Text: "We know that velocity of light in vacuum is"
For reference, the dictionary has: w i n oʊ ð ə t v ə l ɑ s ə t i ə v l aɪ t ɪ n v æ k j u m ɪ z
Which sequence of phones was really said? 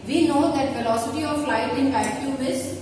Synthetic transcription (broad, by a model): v i n oʊ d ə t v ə l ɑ s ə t i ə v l aɪ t ɪ n b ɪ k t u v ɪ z